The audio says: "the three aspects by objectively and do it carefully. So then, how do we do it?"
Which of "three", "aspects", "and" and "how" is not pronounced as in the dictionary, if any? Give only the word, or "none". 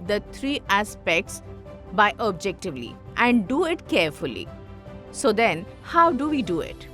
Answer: three